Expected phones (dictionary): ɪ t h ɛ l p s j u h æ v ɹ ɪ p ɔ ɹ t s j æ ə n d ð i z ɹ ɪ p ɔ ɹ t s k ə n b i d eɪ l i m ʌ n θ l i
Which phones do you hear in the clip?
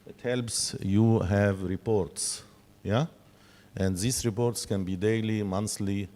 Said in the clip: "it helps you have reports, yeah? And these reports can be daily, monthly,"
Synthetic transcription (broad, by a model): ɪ t h ɛ l p s j u h æ v ɹ ɪ p ɔ ɹ t s j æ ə n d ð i s ɹ ɪ p ɔ ɹ t s k ə n b i d eɪ l i m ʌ n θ l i